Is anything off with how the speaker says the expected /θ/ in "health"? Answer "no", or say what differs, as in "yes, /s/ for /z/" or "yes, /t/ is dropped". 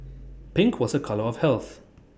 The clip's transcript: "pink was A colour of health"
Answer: no